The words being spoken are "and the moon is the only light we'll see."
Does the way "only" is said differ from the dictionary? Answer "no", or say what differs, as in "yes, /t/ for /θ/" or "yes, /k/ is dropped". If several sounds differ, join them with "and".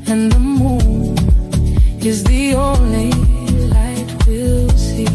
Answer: yes, /l/ is dropped